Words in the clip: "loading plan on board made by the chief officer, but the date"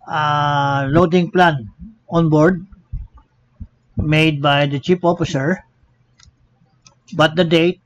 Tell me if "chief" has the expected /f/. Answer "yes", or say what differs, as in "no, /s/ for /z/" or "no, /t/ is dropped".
no, /p/ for /f/